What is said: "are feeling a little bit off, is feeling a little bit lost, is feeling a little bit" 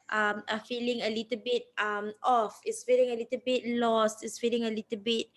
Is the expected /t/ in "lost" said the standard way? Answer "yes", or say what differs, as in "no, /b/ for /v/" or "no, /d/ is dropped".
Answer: yes